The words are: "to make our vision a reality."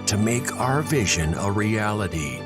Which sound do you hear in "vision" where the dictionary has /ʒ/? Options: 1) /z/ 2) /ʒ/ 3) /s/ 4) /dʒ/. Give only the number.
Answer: 2